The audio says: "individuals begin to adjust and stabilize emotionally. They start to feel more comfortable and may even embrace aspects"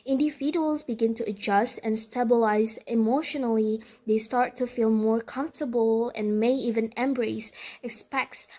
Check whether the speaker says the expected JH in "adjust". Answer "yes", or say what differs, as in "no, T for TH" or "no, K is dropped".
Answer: yes